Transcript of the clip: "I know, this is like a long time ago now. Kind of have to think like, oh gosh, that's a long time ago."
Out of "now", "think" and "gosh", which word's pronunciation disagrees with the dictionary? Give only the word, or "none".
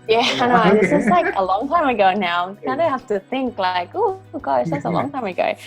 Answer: gosh